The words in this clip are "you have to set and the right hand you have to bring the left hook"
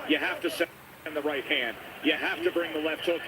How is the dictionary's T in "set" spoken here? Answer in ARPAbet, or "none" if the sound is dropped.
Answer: none